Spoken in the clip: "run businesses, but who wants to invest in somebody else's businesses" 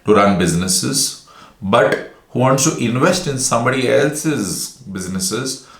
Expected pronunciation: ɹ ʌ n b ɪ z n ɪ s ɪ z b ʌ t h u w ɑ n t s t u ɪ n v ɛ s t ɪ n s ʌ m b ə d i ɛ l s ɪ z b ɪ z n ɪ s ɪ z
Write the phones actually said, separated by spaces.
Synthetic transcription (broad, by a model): ɹ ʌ n b ɪ z n ɪ s ɪ z b ʌ t h u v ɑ n t s t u ɪ n v ɛ s t ɪ n s ʌ m b ə d i ɛ l s ɪ z b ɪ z n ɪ s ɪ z